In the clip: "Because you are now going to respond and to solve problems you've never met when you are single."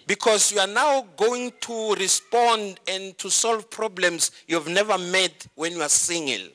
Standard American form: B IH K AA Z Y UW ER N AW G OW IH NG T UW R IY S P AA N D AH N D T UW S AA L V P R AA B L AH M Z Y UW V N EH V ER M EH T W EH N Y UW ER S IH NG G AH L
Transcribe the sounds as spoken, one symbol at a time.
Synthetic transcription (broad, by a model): B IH K AA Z Y UW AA N AW G OW IH NG T UW R IY S P AA N D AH N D T UW S AA L V P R AA B L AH M S Y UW V N EH V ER M EH T W EH N Y UW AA S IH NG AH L